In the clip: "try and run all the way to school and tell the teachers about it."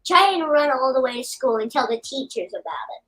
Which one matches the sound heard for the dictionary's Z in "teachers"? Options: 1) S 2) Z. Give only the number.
2